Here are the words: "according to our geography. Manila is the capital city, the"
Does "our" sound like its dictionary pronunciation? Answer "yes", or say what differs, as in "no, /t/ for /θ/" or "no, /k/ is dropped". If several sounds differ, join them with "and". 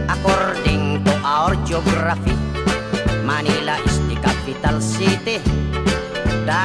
yes